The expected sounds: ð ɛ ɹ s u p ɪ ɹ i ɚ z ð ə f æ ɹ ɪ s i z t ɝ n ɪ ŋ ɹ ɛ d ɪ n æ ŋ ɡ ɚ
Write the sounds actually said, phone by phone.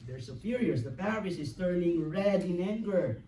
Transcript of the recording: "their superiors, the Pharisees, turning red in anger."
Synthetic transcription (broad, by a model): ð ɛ ɹ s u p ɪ ɹ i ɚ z ð ə p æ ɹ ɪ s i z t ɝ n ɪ ŋ ɹ ɛ d ɪ n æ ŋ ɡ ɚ